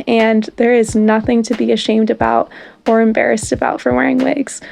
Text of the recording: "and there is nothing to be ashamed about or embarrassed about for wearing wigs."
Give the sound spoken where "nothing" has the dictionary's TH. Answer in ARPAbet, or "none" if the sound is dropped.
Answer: TH